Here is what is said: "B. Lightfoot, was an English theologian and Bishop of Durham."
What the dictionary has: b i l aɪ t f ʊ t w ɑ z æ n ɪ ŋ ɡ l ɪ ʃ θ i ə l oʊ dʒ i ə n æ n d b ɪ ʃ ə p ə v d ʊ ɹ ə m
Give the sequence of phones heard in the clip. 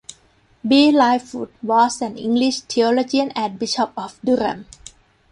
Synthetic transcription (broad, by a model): b i l aɪ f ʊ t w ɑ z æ n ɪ ŋ ɡ l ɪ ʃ t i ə l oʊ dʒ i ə n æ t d b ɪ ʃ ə p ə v d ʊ ɹ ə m